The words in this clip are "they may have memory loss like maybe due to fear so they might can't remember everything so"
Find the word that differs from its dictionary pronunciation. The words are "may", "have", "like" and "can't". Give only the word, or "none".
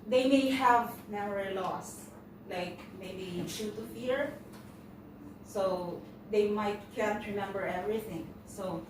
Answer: none